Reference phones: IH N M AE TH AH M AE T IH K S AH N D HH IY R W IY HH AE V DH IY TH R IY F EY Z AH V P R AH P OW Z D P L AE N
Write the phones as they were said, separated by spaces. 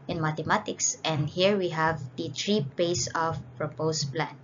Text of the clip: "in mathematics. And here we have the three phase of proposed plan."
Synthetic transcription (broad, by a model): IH N M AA T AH M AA T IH K S AH N D HH IY R W IY HH AE V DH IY T R IY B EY S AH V P R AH P OW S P L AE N